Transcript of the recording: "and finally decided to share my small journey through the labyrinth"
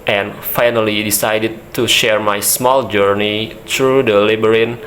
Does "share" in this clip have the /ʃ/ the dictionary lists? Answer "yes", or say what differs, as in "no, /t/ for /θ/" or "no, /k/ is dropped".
yes